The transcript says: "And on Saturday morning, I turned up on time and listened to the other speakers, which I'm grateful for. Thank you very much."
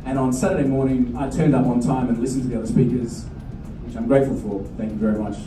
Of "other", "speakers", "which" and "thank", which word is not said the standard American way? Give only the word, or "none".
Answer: none